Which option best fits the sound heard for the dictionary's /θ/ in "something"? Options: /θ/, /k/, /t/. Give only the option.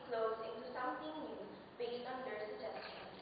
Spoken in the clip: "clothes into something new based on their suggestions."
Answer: /t/